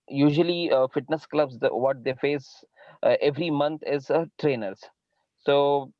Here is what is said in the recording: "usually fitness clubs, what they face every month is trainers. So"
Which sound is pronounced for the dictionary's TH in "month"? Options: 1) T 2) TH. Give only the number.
1